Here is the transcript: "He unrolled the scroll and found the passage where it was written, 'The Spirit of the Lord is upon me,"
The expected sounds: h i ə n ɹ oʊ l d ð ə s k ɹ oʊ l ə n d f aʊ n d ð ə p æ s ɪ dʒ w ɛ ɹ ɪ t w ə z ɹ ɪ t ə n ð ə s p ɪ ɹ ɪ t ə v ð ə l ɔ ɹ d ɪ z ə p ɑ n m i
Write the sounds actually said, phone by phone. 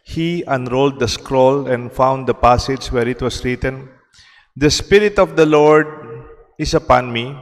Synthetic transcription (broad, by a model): h i ə n ɹ oʊ l d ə s k ɹ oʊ l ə n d f aʊ n d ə p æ s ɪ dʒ w ɛ ɹ ɪ t w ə s ɹ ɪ t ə n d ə s p ɪ ɹ ɪ t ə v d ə l ɔ ɹ d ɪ s ə p ɑ n m i